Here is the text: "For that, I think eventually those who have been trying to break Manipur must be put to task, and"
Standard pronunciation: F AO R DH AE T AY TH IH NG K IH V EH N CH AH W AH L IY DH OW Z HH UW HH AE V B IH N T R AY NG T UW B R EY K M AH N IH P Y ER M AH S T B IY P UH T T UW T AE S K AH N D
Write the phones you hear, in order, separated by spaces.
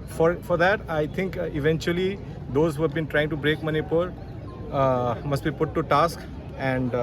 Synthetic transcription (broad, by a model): F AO R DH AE T AY T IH NG K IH V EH N CH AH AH L IY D OW Z HH UW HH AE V B IH N T R AY NG T UW B R EY K M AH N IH P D M AH S T B IY P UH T T UW T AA S K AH N D